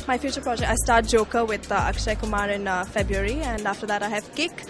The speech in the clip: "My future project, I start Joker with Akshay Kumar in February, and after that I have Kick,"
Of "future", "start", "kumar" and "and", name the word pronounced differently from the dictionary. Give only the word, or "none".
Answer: none